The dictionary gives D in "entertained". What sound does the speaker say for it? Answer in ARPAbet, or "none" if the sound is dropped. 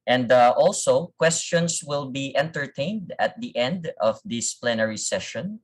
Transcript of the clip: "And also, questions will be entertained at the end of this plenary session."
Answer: D